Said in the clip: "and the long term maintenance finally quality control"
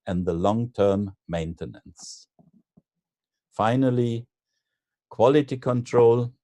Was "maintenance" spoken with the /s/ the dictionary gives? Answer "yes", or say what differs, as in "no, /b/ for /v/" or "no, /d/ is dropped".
yes